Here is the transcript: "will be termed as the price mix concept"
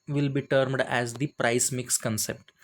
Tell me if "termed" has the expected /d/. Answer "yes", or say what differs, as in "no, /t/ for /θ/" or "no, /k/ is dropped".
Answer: yes